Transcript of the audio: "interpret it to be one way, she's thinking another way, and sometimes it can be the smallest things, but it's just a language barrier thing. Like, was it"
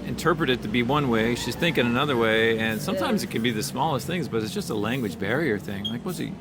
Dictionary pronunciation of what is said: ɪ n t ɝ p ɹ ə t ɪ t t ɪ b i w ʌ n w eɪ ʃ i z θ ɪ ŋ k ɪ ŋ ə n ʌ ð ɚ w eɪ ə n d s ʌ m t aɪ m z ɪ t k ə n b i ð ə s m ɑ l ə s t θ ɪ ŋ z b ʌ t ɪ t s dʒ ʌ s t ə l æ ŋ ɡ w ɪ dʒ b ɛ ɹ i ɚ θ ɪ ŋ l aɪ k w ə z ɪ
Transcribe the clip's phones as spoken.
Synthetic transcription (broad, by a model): ɪ n t ɝ p ɹ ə t ɪ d t ɪ b i w ʌ n w eɪ ʃ i z θ ɪ ŋ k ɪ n ə n ʌ ð ɚ w eɪ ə n s ʌ m t aɪ m z ɪ t k ə n b i ð ə s m ɑ l ə s t θ ɪ ŋ z b ʌ t ɪ t s dʒ ʌ s t ə l æ ŋ ɡ w ɪ dʒ b ɛ ɹ i ɚ θ ɪ ŋ l aɪ k w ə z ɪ